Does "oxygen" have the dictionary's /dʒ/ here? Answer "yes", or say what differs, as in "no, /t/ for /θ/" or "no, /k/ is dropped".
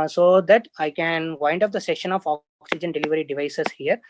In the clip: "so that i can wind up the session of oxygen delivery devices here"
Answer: yes